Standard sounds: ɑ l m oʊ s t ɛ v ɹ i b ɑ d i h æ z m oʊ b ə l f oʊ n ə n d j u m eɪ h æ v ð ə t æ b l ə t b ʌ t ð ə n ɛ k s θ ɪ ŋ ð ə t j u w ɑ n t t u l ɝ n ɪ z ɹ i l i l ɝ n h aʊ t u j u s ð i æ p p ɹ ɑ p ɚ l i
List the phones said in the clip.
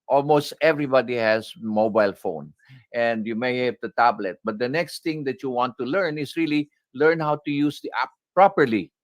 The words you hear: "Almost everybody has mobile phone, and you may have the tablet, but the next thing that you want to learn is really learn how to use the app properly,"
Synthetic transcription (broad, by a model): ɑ l m oʊ s t ɛ v ɹ i b ɑ d i h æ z m oʊ b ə l f oʊ n ə n d j u m eɪ h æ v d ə t æ b l ə t b ʌ t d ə n ɛ k s t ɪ ŋ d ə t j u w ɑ n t t u l ɝ n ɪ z ɹ i l i l ɝ n h aʊ t u j u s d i æ p p ɹ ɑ p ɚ l i